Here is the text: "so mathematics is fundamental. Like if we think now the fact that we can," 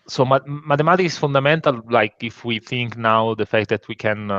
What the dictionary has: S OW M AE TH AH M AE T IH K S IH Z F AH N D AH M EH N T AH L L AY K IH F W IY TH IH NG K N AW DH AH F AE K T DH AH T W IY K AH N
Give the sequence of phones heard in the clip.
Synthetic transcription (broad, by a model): S OW M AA T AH M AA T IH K IH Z F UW N D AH M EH N T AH L L AY K IH F W IY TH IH NG K N AW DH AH F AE K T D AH T W IY K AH N